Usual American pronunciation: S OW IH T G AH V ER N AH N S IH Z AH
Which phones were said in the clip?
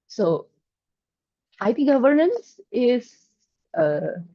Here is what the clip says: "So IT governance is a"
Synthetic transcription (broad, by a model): S OW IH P G AH V ER N AH N S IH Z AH